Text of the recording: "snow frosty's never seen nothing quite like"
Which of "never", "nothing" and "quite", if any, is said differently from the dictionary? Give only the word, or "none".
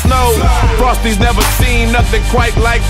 none